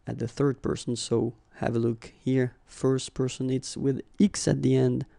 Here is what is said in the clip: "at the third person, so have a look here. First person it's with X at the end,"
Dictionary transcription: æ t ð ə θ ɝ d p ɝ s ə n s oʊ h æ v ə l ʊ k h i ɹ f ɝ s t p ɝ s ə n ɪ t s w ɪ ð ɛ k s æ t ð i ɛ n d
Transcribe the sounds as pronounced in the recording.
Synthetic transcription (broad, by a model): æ t ð ə θ ɝ d p ɝ s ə n s oʊ h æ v ə l ʊ k h i ɹ f ɝ s t p ɝ s ə n ɪ t s w ɪ ð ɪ k s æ t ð i ɛ n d